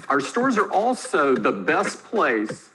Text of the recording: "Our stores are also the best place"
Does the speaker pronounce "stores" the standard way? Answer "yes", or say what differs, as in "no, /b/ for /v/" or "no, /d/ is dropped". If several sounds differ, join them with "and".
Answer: yes